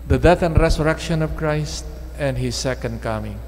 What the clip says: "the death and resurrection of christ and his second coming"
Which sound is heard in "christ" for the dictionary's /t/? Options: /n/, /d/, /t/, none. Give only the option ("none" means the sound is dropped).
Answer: /t/